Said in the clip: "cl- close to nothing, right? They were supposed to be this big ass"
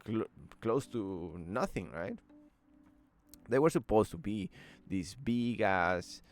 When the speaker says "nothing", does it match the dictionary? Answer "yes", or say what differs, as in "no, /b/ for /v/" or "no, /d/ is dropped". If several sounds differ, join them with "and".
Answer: yes